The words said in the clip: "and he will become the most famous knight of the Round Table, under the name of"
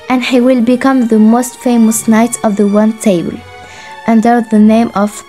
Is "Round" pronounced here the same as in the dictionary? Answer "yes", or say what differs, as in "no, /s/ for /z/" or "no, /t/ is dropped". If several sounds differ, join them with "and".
no, /w/ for /ɹ/